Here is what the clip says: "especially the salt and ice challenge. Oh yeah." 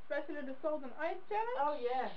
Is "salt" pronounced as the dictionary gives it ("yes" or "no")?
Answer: no